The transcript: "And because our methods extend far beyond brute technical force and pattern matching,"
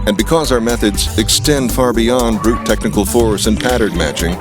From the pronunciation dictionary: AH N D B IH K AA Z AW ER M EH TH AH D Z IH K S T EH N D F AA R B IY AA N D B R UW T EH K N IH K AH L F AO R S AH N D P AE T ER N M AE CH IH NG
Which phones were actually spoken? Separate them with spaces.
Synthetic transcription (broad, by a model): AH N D B IH K AA Z AW ER M EH TH AH D Z IH K S T EH N D F AA R B IY AA N D B R UW T EH K N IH K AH L F AO R S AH N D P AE T ER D M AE CH IH NG